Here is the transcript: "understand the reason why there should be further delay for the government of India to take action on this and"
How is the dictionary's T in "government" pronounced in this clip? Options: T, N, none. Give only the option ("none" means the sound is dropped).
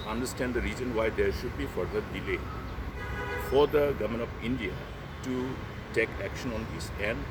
none